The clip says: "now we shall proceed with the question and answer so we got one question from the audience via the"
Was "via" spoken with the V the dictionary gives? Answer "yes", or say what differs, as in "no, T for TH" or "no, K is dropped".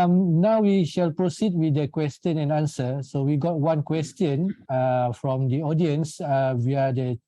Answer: no, W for V